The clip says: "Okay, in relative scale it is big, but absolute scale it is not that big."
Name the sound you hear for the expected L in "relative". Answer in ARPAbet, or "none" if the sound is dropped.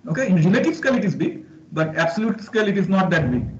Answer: N